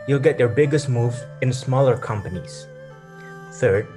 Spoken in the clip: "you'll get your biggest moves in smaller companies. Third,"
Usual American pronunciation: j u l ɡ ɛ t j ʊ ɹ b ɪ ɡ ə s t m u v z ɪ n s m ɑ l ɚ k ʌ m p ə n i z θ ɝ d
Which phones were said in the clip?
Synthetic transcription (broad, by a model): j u l ɡ ɛ t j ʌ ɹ b ɪ ɡ ə s t m u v ɪ n s m ɑ l ɚ k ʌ m p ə n i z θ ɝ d